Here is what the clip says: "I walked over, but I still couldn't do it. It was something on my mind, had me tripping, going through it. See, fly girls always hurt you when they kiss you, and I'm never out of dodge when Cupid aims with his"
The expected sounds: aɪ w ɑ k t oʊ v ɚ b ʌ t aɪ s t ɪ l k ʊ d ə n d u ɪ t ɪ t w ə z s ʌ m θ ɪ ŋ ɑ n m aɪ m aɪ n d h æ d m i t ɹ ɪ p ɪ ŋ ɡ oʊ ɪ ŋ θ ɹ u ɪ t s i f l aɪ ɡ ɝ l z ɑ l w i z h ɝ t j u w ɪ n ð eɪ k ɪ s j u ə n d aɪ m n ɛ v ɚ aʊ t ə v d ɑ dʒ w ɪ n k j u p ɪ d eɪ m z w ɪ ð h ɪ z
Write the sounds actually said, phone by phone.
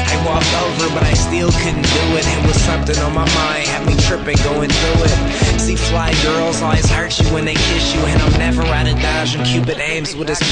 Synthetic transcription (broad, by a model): aɪ w ɑ k t oʊ v ɚ b ʌ t aɪ s t ɪ l k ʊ d n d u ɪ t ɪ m w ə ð s ʌ m θ ɪ ŋ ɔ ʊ m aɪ m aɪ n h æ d m i t ɹ ɪ p ɪ ŋ ɡ oʊ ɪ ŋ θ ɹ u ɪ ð s i f l aɪ ɡ ɝ l z ɑ l w i z h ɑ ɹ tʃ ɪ w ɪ n ð eɪ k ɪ ʃ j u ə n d aɪ m n ɛ v ɚ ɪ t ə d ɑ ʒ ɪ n k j u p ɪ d eɪ m z w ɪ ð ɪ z